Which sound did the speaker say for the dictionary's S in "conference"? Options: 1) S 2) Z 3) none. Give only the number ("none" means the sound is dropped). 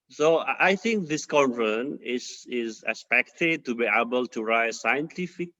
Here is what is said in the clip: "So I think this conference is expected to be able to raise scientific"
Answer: 3